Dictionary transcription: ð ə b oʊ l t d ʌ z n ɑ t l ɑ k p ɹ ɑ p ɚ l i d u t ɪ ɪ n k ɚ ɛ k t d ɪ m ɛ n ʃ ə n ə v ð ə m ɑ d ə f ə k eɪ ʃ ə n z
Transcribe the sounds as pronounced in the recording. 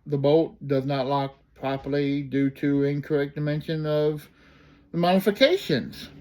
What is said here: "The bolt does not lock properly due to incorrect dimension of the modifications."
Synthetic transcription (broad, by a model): ð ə b oʊ t d ʌ z n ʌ t l ɑ k p ɹ ɑ p ɚ l i d u t ɪ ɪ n k ɚ ɛ k d ɪ m ɛ n ʃ ə n ə v ð ə m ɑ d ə f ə k eɪ ʃ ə n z